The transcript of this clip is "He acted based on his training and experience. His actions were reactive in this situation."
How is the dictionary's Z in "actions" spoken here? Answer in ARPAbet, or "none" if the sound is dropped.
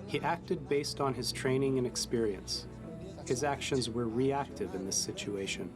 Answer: Z